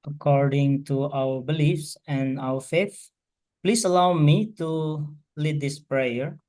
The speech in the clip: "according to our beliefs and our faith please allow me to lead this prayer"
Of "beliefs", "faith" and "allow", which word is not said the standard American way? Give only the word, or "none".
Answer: none